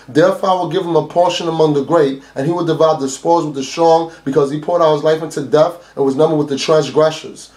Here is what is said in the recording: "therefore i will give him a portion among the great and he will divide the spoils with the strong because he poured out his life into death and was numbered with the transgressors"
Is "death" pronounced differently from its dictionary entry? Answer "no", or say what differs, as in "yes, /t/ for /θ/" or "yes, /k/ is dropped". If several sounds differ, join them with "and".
yes, /f/ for /θ/